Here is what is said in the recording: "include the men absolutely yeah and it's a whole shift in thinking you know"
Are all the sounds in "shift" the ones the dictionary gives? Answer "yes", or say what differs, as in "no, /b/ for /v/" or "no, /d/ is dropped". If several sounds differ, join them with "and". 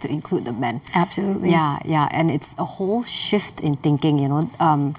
yes